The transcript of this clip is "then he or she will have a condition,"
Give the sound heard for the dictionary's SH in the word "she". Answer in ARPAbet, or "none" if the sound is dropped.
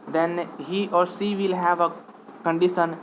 S